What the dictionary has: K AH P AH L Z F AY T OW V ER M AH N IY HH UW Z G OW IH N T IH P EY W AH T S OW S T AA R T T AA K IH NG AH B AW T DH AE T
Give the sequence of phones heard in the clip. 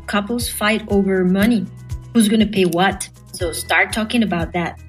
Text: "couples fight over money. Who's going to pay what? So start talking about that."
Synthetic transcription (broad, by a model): K AH P L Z F AY T OW V ER M AH N IY HH UW Z G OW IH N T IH P EY W AH T S OW S T AA R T T AA K IH NG AH B AW T DH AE T